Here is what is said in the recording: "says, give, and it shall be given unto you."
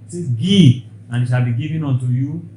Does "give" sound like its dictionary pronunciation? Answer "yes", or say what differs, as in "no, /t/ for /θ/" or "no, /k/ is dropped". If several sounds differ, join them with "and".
no, /v/ is dropped